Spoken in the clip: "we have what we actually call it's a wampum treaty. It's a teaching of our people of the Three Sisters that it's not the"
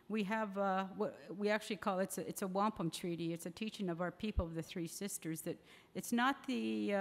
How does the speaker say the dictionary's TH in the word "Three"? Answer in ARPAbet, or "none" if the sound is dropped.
TH